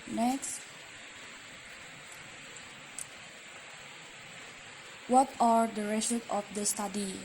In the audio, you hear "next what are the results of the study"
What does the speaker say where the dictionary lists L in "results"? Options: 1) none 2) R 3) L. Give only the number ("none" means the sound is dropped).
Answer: 1